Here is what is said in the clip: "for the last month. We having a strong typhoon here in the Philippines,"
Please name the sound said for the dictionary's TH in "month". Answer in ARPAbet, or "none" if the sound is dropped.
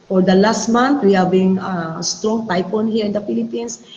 T